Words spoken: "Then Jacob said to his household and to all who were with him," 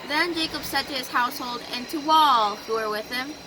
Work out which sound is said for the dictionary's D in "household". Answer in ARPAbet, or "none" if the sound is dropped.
D